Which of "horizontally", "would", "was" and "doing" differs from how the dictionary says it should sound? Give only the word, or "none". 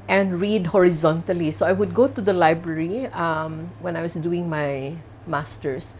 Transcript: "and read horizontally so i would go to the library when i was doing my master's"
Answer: was